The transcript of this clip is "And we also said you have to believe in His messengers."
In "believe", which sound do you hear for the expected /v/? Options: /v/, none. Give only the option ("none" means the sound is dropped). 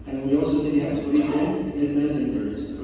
none